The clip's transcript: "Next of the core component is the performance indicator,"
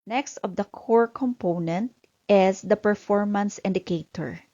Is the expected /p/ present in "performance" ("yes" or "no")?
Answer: yes